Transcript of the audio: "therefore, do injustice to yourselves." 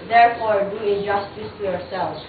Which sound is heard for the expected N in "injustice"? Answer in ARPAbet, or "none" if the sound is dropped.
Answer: none